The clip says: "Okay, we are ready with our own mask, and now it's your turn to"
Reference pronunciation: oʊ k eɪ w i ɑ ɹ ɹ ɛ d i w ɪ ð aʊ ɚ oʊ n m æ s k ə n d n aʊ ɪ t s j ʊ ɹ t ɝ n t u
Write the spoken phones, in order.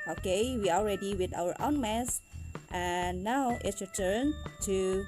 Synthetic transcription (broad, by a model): oʊ k eɪ w i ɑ l ɹ ɛ d i w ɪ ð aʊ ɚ oʊ n m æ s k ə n n aʊ ɪ t s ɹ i t ɝ n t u